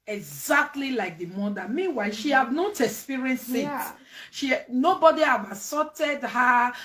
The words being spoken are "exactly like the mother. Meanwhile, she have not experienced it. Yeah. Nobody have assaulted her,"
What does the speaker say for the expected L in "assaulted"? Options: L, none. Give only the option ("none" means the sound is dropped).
none